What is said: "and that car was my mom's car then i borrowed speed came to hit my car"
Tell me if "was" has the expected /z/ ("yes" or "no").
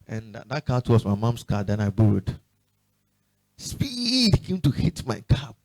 no